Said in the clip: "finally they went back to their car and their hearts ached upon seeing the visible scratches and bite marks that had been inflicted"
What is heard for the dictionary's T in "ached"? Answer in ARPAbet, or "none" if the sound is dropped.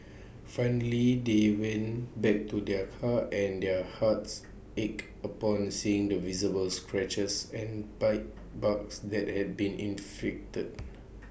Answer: none